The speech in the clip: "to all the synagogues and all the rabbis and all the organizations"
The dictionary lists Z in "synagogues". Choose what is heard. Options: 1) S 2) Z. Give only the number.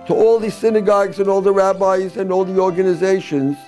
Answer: 2